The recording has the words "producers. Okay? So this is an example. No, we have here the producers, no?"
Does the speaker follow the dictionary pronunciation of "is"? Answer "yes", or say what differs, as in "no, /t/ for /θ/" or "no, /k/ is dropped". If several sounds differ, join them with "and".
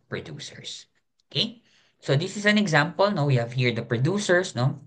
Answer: no, /s/ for /z/